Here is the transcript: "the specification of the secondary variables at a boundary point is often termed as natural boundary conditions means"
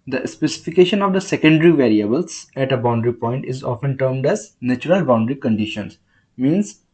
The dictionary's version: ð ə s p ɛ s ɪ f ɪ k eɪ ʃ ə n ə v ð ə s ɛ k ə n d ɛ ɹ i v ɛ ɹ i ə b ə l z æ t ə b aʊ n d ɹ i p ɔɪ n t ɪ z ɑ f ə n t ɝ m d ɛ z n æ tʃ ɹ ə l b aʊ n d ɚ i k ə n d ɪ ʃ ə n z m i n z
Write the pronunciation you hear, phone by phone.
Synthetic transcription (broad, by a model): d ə s p ɛ s ɪ f ɪ k eɪ ʃ ə n ə v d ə s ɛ k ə n d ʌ ɹ i v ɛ ɹ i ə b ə l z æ t ə b aʊ n d ɹ i p ɔɪ n t ɪ z ɑ f ə n t ɝ m d ɛ z n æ tʃ ɹ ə l b aʊ n d ɚ i k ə n d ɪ ʃ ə n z m i n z